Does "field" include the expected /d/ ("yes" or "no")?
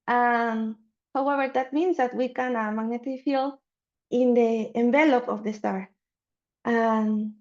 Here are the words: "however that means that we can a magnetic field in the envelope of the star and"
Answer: no